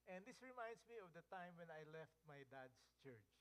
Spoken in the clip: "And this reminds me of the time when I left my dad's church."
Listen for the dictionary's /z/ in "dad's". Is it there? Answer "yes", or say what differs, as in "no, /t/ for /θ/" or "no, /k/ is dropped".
no, /s/ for /z/